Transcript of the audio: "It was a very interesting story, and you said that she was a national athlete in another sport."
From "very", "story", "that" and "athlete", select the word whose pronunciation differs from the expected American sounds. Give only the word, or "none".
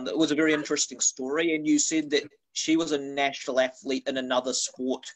none